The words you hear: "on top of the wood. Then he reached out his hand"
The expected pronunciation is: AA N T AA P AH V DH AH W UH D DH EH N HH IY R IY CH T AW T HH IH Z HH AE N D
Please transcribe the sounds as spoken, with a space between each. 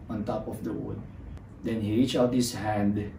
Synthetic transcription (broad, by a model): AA N T AA P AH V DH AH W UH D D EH N HH IY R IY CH AW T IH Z HH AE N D